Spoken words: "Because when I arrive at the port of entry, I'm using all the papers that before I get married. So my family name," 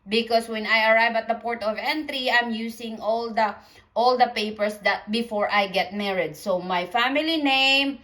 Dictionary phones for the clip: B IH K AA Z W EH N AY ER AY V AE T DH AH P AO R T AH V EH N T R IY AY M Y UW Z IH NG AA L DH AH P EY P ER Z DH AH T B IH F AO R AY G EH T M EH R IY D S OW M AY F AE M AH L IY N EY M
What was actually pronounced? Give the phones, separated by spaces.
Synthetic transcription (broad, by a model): B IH K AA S W EH N AY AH AY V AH T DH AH P AO R T AH V EH N T R IY AY M Y UW S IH NG AA L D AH P EY P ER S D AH T B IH F AO R AY G EH T M EH R IY D S OW M AY F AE M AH L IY N EY M